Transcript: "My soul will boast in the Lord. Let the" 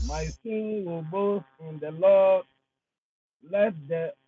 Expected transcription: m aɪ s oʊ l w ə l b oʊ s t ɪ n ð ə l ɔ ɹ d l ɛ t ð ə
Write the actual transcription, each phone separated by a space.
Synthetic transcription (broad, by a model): m aɪ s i n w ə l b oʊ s ɪ n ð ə l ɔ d l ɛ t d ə